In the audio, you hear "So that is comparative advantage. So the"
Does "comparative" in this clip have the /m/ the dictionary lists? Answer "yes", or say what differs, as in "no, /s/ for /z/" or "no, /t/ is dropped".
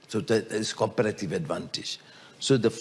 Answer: no, /m/ is dropped